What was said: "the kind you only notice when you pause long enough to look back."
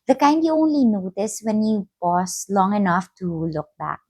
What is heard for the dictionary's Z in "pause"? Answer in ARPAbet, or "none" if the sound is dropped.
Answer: S